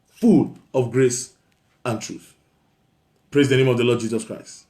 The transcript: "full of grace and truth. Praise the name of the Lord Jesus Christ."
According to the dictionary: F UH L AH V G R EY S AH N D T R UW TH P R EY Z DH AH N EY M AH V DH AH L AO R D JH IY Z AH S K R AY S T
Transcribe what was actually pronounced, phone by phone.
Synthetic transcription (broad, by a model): F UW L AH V G R EY S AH N T R UW TH P R EY Z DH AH N EY M AH V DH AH L AO D JH IY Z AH S K R AY S T